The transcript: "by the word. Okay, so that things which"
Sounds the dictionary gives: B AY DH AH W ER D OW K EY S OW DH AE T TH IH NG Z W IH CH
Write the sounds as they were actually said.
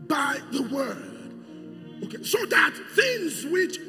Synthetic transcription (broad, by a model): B AY DH AH W ER D OW K EY S OW DH AE T TH IH NG Z W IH CH